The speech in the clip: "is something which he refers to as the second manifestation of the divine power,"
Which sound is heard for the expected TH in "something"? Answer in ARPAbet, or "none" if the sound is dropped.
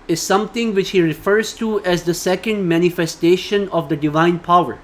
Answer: T